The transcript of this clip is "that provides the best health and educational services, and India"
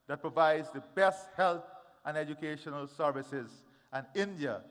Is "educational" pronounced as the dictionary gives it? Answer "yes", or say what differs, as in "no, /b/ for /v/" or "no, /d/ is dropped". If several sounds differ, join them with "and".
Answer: yes